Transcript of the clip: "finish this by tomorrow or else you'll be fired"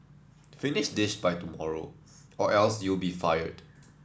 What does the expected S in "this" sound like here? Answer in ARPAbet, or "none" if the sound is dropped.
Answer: SH